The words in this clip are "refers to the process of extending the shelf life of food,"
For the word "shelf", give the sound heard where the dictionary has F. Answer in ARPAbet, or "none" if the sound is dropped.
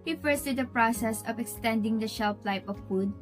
P